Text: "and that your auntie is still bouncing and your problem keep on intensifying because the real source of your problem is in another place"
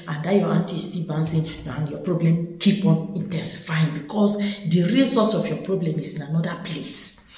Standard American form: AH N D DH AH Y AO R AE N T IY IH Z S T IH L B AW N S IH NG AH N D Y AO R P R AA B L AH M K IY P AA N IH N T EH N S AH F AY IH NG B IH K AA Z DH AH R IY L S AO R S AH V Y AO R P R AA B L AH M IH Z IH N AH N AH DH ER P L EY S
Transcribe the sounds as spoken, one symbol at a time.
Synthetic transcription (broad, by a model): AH N D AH Y AO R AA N T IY S T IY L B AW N S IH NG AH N Y AO P R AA B L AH M K IY P AA N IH N T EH N S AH F AY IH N B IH K AA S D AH R IY L S AO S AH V Y AO P R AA B L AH M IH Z IH N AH N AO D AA P L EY S